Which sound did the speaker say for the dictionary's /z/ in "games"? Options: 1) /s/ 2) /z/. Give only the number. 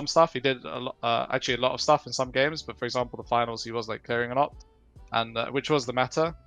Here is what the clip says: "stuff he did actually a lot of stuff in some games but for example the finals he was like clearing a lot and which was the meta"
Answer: 2